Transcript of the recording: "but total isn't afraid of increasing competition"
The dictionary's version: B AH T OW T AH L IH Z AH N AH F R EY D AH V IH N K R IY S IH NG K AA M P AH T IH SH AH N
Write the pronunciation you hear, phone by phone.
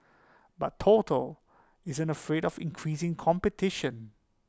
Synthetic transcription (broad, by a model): B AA T OW T AH L IH Z AH N AH F R EY D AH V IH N K R IY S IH NG K AA M P AH T IH SH AH N